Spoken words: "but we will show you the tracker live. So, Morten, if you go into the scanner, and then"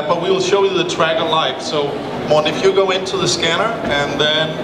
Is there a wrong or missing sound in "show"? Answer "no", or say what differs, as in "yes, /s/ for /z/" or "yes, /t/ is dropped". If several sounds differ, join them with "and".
no